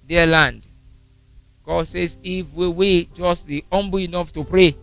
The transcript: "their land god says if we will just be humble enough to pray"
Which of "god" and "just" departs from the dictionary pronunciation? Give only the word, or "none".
none